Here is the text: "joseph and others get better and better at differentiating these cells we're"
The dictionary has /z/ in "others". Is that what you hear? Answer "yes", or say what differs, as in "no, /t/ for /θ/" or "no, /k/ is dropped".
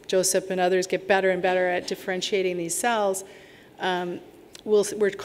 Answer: yes